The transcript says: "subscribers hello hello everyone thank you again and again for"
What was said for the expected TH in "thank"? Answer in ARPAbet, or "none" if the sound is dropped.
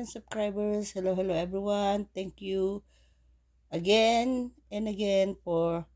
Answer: T